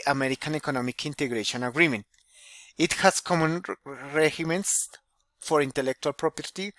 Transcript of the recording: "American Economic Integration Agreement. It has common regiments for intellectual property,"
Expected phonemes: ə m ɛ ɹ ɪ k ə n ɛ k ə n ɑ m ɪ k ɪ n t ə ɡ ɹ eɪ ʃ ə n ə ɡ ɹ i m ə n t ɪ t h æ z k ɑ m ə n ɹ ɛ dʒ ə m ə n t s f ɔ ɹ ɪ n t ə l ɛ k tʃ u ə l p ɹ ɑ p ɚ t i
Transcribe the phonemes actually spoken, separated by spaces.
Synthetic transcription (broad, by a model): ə m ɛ ɹ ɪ k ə n ɛ k ə n ɑ m ɪ k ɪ n t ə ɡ ɹ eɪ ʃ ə n ə ɡ ɹ i m ə n t ɪ t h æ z k ɑ m ə n ɹ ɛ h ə m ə n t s f ɔ ɹ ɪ n t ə l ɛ k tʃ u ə l p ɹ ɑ p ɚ t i